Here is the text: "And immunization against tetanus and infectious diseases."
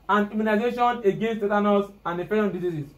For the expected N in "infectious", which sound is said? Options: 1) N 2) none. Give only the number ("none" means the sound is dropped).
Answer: 2